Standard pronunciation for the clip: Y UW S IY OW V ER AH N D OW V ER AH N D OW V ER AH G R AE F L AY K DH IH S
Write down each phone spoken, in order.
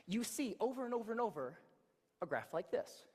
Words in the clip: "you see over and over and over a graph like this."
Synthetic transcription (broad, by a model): Y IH S IY OW V ER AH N OW V ER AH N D OW V ER AH G R AE F L AY K DH IH S